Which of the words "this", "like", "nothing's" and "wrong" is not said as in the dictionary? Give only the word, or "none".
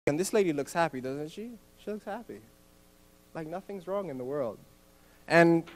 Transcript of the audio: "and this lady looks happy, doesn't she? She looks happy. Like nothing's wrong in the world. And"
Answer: none